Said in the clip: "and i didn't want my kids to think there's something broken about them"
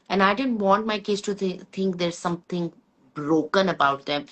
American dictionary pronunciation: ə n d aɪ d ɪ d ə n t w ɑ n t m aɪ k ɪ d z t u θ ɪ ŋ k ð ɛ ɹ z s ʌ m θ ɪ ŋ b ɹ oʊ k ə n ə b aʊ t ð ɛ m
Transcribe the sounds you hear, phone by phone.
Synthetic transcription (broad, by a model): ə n aɪ d ɪ d ə n t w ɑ n t m aɪ k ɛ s t u t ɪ ŋ k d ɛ ɹ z s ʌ m t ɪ ŋ b ɹ oʊ k ə n ə b aʊ t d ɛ m